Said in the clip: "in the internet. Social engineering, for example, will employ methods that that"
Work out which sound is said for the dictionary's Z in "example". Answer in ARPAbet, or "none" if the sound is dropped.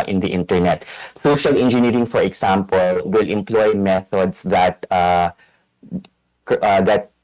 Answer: S